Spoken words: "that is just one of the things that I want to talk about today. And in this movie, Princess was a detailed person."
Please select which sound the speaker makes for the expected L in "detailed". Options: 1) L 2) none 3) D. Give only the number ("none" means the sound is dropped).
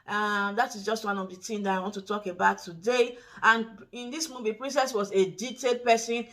2